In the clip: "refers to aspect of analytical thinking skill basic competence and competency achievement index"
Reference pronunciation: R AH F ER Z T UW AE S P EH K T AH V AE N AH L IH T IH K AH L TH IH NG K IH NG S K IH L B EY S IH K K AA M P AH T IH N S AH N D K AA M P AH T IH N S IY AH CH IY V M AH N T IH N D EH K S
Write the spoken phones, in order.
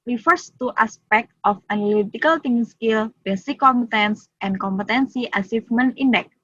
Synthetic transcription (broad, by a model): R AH F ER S T UW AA S P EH K T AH F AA N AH L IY T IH K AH L T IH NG IH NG S K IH L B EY S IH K K AA M P AH T IH N S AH N K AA M P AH T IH N S IY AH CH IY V M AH N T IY N D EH K